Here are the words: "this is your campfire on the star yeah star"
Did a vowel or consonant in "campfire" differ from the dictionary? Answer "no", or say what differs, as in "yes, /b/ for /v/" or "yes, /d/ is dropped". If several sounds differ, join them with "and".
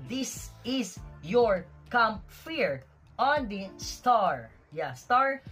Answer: yes, /p/ is dropped